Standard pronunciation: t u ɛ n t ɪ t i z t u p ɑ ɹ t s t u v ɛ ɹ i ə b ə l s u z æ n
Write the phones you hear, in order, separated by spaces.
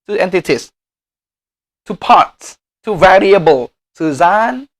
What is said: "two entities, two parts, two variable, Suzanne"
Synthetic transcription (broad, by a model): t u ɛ n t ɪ t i s t u p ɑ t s t u v ɛ ɹ i ə b ə l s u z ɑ n